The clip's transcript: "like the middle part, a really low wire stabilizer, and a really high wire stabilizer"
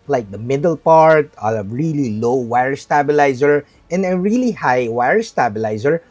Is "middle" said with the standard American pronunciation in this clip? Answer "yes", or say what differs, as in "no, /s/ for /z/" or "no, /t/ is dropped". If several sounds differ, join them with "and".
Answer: yes